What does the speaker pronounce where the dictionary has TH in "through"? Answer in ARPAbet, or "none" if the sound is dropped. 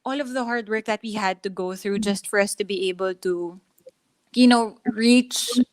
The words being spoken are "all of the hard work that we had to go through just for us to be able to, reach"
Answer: TH